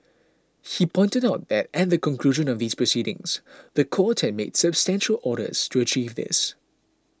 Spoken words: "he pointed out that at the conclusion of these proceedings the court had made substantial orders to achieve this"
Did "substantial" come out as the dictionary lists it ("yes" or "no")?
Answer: yes